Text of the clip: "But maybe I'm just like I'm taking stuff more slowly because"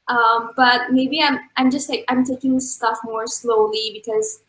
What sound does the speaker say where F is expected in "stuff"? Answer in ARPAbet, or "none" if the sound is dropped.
F